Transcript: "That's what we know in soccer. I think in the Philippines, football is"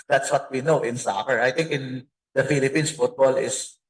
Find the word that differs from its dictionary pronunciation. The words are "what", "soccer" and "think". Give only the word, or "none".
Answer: think